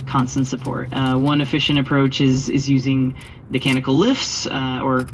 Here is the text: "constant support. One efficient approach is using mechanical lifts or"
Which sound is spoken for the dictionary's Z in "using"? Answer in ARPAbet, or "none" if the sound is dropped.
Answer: Z